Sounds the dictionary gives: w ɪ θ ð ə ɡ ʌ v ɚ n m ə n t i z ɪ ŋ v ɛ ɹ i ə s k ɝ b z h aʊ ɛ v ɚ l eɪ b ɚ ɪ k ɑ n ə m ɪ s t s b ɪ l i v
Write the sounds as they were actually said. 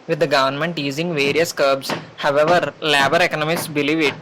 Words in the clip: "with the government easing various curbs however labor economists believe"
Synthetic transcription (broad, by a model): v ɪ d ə ɡ ʌ v ɚ n m ə n t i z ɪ ŋ v ɛ ɹ i ə s k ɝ b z h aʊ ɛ v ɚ l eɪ b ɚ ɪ k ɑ n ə m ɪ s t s b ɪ l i v